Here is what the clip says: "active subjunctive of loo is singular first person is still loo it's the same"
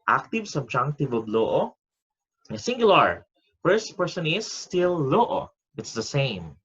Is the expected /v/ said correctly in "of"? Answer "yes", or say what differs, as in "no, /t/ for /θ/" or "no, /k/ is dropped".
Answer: no, /b/ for /v/